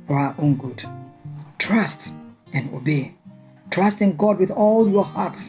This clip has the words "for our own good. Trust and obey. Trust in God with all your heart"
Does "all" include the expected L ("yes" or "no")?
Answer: yes